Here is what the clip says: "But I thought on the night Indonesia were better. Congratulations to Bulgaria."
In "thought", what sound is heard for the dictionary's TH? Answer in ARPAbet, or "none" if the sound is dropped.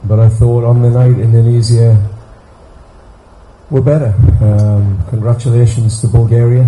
TH